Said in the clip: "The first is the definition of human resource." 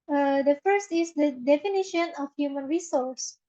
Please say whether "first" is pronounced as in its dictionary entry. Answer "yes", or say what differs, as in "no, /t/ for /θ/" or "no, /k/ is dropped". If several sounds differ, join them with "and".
yes